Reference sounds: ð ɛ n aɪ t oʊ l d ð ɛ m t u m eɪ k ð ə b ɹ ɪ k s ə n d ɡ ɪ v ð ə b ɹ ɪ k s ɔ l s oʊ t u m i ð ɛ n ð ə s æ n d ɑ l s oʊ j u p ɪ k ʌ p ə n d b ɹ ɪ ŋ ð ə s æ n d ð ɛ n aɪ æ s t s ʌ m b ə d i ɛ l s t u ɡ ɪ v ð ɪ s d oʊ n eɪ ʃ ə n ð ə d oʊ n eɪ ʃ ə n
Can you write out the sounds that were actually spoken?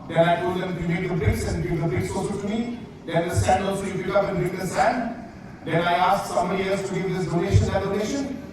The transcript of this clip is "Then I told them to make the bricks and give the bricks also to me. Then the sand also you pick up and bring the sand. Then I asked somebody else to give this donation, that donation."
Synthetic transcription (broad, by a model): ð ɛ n aɪ t oʊ l d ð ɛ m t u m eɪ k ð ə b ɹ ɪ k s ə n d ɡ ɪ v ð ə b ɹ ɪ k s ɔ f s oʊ t u m i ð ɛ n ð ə s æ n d ɑ l s oʊ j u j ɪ ʌ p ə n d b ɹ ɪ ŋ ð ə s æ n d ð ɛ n aɪ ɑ s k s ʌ m ə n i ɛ s t u ɡ ɪ v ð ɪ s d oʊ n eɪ ʃ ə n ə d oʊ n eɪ ʃ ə n